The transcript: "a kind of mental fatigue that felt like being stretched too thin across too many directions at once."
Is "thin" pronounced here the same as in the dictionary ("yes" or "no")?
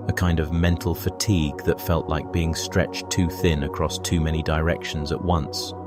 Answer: yes